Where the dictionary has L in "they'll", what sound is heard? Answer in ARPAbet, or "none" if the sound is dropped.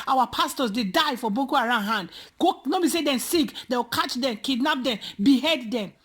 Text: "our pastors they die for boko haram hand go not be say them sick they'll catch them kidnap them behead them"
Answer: W